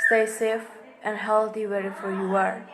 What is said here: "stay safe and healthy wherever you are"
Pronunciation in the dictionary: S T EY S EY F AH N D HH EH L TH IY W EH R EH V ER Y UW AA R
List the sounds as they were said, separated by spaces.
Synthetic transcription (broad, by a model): S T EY S EY F AH N D HH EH L T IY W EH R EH F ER Y UW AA R